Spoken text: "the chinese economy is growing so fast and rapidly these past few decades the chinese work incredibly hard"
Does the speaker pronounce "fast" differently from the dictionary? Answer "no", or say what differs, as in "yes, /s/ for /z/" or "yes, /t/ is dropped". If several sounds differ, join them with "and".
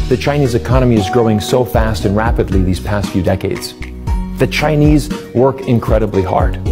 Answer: no